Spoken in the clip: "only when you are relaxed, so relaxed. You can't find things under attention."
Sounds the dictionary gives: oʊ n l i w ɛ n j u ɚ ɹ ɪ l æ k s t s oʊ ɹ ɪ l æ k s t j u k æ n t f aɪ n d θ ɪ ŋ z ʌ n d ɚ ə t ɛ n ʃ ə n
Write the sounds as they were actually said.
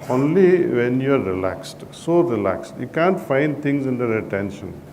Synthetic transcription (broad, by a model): oʊ n l i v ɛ n j u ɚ ɹ ɪ l æ k s t s oʊ ɹ ɪ l æ k s t j u k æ n t f aɪ n d t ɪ ŋ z ʌ n d ɚ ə t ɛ n ʃ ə n